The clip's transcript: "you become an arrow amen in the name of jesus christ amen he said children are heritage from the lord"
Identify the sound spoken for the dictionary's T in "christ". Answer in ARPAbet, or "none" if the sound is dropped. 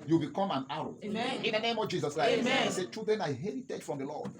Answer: none